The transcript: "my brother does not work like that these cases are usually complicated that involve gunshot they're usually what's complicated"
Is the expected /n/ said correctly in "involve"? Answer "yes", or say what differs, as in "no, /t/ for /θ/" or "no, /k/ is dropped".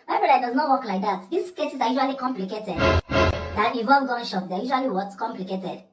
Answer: no, /n/ is dropped